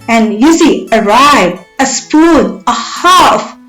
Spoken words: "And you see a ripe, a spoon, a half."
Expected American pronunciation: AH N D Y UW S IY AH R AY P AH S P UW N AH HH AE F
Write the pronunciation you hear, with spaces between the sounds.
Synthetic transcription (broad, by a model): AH N Y UW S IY AH R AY AH S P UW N AH HH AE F